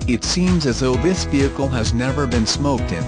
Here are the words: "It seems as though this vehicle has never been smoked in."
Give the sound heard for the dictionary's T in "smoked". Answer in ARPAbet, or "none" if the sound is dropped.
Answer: T